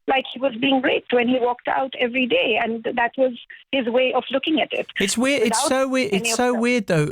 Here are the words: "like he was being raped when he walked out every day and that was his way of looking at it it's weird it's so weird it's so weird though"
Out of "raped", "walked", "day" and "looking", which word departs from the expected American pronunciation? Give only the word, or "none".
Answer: raped